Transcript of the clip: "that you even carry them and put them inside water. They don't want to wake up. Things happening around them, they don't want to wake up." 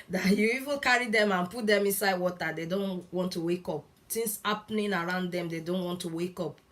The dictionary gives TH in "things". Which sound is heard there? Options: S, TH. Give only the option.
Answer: S